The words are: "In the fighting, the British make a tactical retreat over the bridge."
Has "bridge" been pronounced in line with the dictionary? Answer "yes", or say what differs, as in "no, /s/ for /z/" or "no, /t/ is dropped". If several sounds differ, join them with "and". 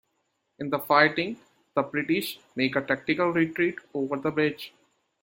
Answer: no, /ɹ/ is dropped